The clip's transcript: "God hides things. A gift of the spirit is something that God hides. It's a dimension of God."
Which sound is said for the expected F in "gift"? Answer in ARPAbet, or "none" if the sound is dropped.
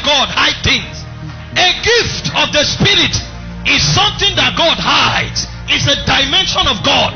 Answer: F